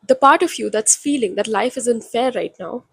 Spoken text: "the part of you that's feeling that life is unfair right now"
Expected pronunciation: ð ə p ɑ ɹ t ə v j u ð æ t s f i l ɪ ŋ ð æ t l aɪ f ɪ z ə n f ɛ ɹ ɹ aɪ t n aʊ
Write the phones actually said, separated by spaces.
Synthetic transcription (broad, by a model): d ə p ɑ ɹ t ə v j u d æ t s f i l ɪ ŋ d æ t l aɪ f ɪ z ə n f ɛ ɹ ɹ aɪ t n aʊ